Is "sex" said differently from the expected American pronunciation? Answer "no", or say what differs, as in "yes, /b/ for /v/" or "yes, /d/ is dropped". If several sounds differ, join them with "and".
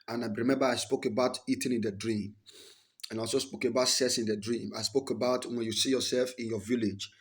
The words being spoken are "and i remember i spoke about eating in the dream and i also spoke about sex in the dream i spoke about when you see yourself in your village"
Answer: yes, /k/ is dropped